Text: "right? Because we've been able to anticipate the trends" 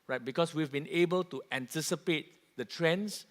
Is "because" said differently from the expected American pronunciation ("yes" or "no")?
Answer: yes